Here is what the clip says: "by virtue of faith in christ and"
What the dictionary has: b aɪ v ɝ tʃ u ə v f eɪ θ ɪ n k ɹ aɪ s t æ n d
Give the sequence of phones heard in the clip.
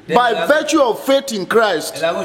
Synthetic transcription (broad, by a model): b aɪ v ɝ tʃ u ə v f eɪ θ ɪ n k ɹ aɪ s t